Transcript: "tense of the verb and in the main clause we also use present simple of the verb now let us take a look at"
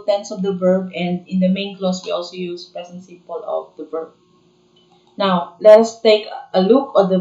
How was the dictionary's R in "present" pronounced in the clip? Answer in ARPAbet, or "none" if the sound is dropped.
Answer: none